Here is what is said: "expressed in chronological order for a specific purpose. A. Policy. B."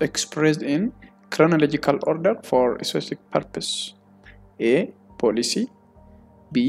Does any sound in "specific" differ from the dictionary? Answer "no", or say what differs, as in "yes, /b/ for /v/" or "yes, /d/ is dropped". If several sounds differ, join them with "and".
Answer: yes, /p/ is dropped